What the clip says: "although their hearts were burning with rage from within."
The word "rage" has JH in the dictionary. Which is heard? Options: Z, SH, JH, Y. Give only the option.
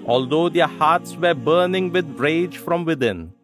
JH